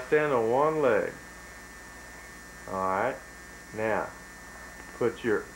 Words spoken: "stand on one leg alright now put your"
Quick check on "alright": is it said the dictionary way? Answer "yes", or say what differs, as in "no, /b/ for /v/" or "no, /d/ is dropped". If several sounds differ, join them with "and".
no, /l/ is dropped